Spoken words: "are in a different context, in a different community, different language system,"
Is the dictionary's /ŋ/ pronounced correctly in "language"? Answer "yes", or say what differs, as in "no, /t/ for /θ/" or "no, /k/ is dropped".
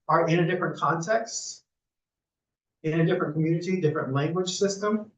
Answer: yes